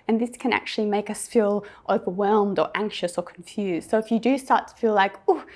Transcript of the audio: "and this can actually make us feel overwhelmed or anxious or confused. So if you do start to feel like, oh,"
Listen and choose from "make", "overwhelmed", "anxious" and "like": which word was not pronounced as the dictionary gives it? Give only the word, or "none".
none